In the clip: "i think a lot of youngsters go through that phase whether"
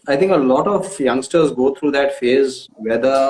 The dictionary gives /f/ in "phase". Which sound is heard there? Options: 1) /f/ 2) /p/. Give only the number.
1